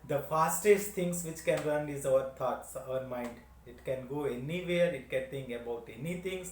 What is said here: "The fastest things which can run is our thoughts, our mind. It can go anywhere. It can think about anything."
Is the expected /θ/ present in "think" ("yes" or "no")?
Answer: no